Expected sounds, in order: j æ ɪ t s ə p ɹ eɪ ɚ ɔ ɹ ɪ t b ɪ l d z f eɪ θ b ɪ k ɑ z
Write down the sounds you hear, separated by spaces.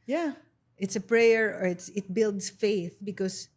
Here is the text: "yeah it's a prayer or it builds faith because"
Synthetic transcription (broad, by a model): j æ ɪ t s ə p ɹ eɪ ɚ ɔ ɹ ɪ t b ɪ l d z f eɪ θ b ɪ k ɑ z